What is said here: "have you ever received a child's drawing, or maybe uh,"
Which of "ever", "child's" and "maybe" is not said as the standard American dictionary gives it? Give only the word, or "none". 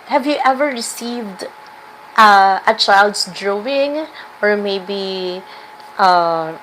child's